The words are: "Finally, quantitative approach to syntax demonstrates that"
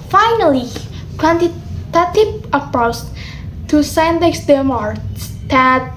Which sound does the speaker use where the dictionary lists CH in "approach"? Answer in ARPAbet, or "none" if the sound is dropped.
S